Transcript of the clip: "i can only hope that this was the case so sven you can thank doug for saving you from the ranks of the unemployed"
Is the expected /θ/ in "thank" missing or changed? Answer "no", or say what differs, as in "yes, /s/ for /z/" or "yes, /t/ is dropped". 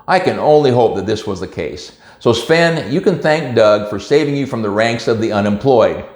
no